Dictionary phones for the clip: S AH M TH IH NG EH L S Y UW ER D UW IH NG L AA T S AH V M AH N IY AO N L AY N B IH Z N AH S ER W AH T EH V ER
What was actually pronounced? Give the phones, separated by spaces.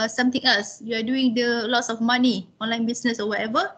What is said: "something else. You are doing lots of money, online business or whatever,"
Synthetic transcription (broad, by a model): S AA M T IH NG EH L S Y UW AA D UW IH NG L AA T S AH F M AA N IY AO N L AY N B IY S N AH S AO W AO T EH V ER